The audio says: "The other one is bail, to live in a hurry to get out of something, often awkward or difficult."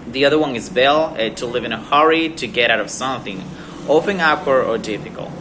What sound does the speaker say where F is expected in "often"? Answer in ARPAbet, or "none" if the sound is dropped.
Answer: P